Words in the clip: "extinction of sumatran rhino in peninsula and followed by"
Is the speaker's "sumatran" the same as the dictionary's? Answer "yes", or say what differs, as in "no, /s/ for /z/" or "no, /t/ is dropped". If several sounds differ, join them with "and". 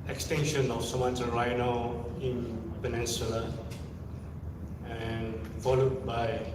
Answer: no, /ɹ/ is dropped